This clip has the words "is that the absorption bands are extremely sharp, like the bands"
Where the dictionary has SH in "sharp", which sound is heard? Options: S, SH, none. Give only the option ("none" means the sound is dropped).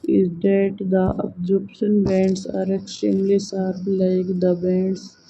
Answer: S